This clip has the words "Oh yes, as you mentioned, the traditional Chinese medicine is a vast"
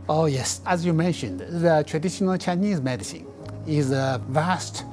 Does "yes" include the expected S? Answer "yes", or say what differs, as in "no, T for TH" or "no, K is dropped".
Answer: yes